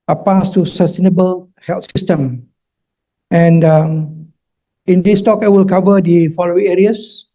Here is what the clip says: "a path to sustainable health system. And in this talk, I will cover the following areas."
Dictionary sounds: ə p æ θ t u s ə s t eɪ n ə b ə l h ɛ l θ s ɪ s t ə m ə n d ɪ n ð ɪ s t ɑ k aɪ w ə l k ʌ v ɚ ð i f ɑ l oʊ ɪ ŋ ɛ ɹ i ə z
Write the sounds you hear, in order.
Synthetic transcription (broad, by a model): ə p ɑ s t u s ə s t eɪ n ə b ə l h ɛ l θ s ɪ s t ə m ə n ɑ ɪ n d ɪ s t ɑ k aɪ w ə l k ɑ v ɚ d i f ɑ l oʊ ɪ ŋ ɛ ɹ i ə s